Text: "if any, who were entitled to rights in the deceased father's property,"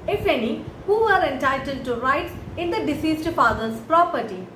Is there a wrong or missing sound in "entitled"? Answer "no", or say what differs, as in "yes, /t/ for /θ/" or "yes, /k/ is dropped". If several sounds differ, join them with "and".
no